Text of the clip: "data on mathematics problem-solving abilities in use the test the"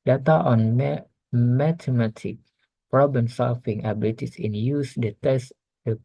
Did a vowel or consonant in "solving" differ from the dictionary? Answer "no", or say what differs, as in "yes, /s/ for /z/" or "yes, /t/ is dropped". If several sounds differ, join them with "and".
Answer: yes, /f/ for /v/